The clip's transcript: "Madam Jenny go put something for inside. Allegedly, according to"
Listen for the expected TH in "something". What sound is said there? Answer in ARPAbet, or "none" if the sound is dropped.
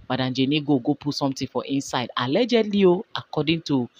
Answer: T